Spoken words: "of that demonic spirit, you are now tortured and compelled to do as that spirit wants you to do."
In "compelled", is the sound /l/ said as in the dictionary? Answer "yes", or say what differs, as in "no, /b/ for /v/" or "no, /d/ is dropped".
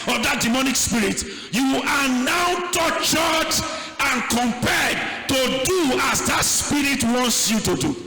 no, /l/ is dropped